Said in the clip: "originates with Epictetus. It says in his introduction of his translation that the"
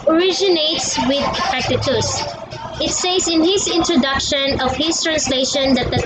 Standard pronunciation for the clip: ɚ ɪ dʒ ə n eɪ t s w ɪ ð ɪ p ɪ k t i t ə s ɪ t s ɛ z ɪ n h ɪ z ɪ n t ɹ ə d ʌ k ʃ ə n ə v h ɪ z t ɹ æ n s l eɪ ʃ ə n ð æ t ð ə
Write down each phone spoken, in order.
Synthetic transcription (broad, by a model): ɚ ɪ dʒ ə n eɪ t s w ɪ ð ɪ f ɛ k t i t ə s ɪ t s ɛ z ɪ n h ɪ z ɪ n t ɹ ə d ʌ k ʃ ə n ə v h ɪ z t ɹ æ n s l eɪ ʃ ə n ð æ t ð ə